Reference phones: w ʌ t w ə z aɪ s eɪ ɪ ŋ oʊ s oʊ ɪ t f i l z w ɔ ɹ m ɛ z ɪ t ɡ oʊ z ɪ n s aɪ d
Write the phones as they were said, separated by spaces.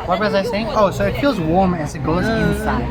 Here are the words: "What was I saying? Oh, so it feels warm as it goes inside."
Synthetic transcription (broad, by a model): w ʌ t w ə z aɪ s eɪ ɪ ŋ oʊ s oʊ ɪ t f i l z w ɔ ɹ m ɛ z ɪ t ɡ oʊ z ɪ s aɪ